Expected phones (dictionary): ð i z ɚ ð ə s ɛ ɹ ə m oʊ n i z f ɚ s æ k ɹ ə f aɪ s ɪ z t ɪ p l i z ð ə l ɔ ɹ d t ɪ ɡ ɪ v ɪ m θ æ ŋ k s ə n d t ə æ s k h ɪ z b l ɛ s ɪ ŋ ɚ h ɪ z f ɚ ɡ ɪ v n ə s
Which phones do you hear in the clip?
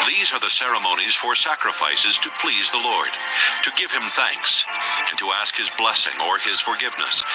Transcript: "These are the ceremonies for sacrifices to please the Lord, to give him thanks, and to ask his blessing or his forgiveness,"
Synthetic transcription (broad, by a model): ð i z ɚ ð ə s ɛ ɹ ə m oʊ n i z f ɚ s æ k ɹ ə f aɪ s ɪ z t ɪ p l i z ð ə l ɔ ɹ d t ɪ ɡ ɪ v ɪ m θ æ ŋ k s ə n t ə æ s k h ɪ z b l ɛ s ɪ ŋ ɚ ɪ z f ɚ ɡ ɪ v n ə s